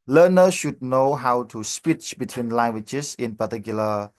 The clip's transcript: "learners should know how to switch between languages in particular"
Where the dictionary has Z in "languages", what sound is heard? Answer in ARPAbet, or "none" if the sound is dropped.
S